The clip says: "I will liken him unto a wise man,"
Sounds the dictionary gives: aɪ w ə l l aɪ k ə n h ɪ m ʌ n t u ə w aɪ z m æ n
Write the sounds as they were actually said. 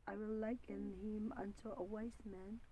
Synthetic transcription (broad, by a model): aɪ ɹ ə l l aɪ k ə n h ɪ m ʌ n t u ə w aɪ s m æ n